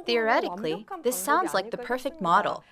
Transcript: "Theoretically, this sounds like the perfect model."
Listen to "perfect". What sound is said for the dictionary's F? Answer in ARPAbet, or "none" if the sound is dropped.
F